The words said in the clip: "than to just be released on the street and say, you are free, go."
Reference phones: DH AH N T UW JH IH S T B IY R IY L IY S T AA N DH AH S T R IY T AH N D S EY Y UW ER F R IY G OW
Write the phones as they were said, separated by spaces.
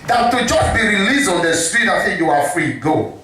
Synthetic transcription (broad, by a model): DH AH T UW JH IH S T B IY R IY L IY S AA N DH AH S T R IY T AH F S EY Y UW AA F R IY G OW